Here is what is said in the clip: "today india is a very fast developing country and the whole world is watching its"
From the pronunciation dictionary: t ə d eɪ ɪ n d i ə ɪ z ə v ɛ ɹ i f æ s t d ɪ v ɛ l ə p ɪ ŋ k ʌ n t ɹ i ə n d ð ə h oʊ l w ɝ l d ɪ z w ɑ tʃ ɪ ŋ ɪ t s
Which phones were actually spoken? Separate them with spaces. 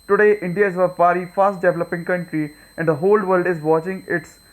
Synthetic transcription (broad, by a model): t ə d eɪ ɪ n d i ə ɪ z ə p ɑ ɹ i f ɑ s t d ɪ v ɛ l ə p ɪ ŋ k ʌ n t ɹ i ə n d ə h oʊ l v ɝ l d ɪ z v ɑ tʃ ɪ ŋ ɪ t s